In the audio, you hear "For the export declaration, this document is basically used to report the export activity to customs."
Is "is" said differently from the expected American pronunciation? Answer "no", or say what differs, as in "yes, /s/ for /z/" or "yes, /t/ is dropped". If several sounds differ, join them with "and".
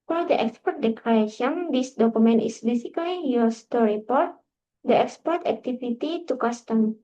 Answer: yes, /s/ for /z/